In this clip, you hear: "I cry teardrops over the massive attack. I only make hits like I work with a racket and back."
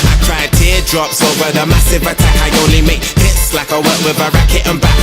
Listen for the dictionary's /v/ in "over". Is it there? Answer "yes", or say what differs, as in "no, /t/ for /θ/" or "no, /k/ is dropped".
yes